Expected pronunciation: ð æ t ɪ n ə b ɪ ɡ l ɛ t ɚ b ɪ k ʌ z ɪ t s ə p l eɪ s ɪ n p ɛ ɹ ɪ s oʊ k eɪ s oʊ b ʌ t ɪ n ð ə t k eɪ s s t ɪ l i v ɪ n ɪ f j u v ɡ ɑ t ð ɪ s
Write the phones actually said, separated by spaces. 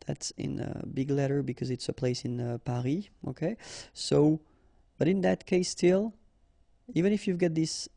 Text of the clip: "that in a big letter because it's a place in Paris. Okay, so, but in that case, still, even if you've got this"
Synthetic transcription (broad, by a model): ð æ t ɪ n ə b ɪ ɡ l ɛ t ɚ b ɪ k ʌ z ɪ t s ə p l eɪ s ɪ n p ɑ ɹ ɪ oʊ k eɪ s oʊ b ʌ t ɪ n ð ə t k eɪ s s t ɪ l i v ɪ n ɪ f j u v ɡ ɑ t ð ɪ s